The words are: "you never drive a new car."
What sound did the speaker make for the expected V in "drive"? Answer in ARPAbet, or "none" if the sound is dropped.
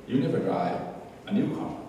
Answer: none